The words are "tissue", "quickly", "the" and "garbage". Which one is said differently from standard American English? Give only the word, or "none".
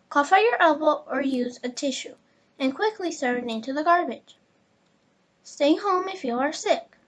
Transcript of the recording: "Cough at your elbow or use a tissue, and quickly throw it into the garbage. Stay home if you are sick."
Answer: none